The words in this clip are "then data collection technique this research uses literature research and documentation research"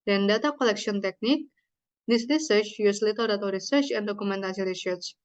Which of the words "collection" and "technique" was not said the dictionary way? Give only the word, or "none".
collection